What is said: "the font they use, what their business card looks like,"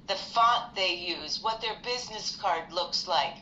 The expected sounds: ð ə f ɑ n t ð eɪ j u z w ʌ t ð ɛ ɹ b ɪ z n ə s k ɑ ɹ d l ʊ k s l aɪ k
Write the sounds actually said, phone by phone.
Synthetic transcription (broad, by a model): ð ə f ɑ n ð eɪ j u z w ʌ t ð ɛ ɹ b ɪ z n ə s k ɑ ɹ d l ʊ k s l aɪ k